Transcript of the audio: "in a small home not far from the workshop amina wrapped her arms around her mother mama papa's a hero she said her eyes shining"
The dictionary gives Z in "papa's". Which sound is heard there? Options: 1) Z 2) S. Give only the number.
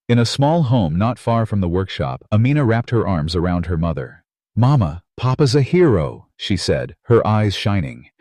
1